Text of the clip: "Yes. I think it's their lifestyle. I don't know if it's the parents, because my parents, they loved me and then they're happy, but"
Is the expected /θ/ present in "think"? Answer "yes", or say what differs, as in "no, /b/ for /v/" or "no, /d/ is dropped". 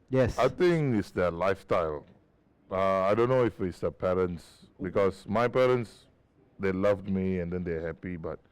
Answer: no, /t/ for /θ/